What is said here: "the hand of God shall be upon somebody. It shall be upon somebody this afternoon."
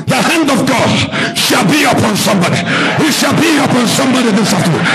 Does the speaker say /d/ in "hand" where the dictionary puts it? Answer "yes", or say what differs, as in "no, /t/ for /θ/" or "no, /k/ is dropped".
yes